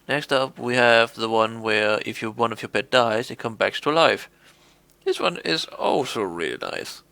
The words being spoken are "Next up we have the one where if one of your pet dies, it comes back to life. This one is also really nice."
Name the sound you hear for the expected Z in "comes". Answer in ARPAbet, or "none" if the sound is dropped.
none